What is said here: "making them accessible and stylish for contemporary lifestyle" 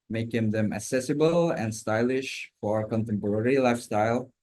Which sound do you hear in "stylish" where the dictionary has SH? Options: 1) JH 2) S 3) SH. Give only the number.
3